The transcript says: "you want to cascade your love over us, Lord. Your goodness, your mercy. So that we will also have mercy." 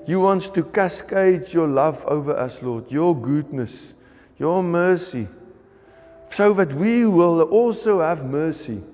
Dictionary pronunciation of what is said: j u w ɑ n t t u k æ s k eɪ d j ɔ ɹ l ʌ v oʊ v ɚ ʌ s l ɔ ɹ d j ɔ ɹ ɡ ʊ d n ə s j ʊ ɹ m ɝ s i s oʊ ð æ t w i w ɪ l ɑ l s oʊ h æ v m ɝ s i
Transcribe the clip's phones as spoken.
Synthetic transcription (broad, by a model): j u w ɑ n t t u k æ s k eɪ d j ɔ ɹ l ʌ v oʊ v ɚ ʌ s l ɔ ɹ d j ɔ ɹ ɡ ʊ d n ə s j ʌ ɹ m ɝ s i s oʊ ð æ t w i w ɪ l ɑ l s oʊ h æ v m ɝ s i